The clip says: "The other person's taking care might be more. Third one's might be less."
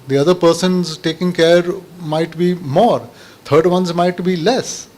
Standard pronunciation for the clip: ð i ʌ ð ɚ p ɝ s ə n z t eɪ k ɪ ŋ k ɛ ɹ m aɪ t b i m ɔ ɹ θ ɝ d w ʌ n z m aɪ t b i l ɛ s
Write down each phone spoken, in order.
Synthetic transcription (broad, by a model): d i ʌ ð ɚ p ɝ s ə n z t eɪ k ɪ ŋ k ɛ ɹ m aɪ t b i m ɔ ɹ t ɝ d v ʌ n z m aɪ t b i l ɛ s